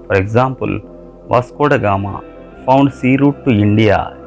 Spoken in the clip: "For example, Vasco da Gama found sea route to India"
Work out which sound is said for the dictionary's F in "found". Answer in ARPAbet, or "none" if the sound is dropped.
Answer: P